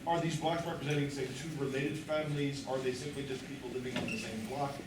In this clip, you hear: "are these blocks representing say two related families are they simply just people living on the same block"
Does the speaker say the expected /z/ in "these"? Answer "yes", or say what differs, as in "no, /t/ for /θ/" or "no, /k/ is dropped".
yes